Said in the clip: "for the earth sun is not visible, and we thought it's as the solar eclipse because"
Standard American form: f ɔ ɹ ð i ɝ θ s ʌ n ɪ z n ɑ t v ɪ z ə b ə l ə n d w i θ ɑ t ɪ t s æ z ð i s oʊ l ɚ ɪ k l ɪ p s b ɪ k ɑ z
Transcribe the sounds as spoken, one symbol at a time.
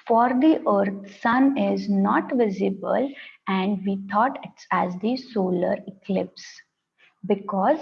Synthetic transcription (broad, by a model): f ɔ ɹ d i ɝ t s ʌ n ɪ z n ɑ t v ɪ z ə b ə l ə n d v i t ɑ t ɪ t s æ z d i s oʊ l ɚ ɪ k l ɪ p s b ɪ k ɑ z